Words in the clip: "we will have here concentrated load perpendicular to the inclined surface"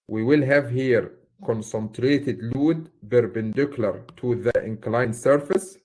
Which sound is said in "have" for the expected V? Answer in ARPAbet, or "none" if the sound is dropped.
V